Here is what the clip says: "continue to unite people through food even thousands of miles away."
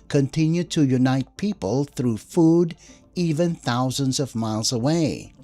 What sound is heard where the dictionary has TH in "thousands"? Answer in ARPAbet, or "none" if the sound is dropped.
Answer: TH